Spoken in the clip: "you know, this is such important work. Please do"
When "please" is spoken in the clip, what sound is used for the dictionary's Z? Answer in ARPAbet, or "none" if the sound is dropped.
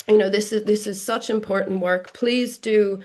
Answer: Z